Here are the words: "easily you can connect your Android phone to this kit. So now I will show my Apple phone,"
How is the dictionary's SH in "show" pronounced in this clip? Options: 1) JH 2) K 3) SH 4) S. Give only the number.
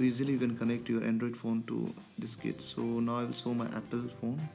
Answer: 4